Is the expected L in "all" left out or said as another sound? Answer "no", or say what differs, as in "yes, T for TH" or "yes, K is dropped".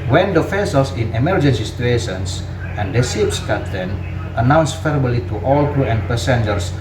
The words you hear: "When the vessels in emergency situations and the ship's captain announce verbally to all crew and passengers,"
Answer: no